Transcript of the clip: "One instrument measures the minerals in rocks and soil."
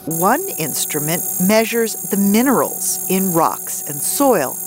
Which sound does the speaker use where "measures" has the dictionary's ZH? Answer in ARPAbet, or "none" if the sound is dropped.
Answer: ZH